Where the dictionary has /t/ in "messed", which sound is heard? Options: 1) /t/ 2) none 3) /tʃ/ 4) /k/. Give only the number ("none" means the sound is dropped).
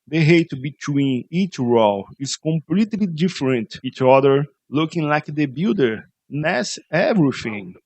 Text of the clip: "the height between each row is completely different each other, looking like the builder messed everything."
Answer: 2